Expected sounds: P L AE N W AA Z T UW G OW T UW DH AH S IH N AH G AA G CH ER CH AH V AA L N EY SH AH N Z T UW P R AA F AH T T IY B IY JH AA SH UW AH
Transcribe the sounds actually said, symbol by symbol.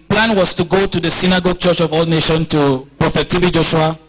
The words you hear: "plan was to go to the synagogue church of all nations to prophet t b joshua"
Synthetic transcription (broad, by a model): P L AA N W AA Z T UW G OW T UW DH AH S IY N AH G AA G CH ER CH AH V AA L N EY SH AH N T UW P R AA F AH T T IY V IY JH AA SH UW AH